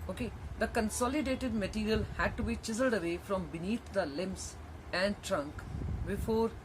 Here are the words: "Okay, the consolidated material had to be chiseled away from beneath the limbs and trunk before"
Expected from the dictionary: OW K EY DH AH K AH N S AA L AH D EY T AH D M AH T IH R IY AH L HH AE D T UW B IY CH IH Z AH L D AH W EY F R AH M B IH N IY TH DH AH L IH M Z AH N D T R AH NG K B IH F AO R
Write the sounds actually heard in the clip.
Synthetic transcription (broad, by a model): OW K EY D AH K AH N S AA L AH D EY T AH D M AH T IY R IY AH L HH AE D T UW B IY CH IH Z AH L D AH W EY F R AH M B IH N IY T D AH L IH M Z AH N D T R AH NG K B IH F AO R